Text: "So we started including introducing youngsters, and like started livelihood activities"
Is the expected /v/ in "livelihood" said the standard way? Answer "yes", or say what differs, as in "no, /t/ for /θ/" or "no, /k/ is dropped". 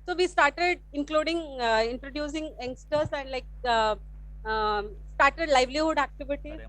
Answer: yes